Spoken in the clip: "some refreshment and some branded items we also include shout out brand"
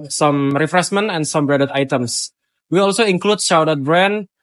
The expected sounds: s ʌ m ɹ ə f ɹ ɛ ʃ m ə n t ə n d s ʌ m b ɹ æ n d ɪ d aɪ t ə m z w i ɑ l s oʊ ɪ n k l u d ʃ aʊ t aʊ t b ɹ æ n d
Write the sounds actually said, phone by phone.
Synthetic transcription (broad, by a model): s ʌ m ɹ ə f ɹ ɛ s m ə n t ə n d s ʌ m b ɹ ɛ d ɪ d aɪ t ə m s w i ɑ l s oʊ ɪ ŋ k l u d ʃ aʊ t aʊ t b ɹ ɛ n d